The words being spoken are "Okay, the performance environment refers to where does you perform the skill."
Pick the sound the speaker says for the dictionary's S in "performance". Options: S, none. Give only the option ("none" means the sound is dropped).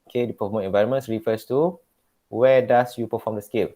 none